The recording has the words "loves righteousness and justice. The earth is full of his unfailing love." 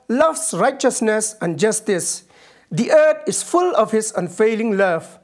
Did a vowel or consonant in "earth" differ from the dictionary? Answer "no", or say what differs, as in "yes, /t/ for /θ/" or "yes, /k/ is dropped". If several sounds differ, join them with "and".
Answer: yes, /t/ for /θ/